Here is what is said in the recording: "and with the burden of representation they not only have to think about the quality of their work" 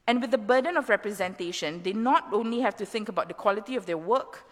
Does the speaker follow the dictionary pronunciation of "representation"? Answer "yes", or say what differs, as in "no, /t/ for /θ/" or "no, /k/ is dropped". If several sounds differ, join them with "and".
yes